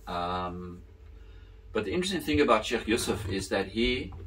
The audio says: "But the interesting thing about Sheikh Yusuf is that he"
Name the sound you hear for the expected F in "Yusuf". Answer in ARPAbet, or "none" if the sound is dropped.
F